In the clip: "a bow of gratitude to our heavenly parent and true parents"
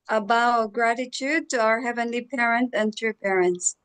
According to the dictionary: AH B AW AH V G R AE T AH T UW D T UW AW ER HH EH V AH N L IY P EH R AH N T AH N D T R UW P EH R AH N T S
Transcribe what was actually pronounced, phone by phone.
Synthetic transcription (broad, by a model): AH B AW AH G R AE T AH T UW D T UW AW ER HH EH V AH N L IY P EH R AH N T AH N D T R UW P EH R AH N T S